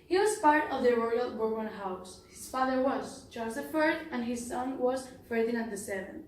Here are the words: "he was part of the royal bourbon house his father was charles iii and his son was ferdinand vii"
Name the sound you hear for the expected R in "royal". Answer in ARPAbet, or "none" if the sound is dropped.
R